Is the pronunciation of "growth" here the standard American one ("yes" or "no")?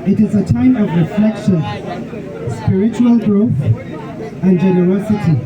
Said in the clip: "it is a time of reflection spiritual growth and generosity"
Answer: yes